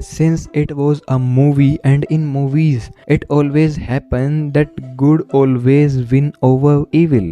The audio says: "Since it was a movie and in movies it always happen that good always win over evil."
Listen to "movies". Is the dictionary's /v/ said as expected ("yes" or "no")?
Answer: yes